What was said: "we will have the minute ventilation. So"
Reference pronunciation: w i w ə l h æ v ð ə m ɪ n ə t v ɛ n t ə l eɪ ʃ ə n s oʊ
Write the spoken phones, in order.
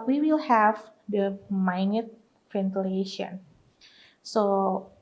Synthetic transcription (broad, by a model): w i w ə l h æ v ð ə m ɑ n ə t f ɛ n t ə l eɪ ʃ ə n s oʊ